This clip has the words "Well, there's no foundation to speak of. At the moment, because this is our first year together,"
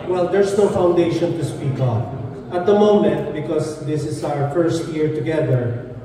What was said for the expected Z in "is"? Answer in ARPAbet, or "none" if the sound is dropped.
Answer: S